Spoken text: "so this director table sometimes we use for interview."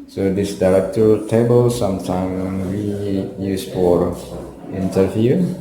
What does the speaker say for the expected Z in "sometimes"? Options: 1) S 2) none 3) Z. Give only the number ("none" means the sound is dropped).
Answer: 2